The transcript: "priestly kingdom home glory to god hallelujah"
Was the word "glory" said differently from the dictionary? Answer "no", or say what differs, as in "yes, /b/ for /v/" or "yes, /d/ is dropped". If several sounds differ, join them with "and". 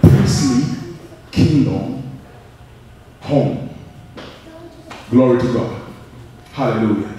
no